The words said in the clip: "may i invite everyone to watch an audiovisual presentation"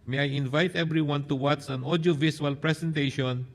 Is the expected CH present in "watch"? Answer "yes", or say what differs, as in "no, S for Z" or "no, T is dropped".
no, S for CH